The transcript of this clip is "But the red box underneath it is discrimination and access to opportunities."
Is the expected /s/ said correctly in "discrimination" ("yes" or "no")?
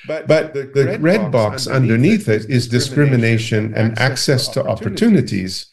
yes